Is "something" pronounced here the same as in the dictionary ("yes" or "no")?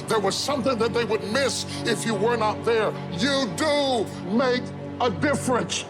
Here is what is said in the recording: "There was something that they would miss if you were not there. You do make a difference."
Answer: yes